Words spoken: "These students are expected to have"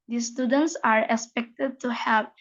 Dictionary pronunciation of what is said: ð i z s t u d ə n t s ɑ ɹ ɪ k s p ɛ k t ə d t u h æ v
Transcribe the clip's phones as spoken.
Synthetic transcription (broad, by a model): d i s t u d ə n t s ɑ ɹ ɪ k s p ɛ k t ə d t u h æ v